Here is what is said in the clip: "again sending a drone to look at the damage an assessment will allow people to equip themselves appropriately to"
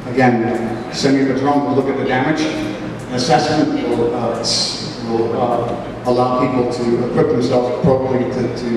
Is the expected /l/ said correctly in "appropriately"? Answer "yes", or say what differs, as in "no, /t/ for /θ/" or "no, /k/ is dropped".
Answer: no, /l/ is dropped